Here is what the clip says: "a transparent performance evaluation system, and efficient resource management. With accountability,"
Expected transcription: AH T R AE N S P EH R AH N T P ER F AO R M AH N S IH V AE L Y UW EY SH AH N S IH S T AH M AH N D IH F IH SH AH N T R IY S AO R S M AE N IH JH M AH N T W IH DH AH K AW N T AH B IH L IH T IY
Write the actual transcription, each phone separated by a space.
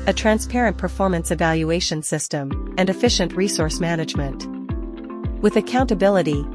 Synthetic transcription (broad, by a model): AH T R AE N S P EH R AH N P ER F AO R M AH N S IH V AE L Y UW EY SH AH N S IH S T AH M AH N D IH F IH SH AH N T R IY S AO R S M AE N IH JH M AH N T W IH DH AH K AW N T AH B IH L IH T IY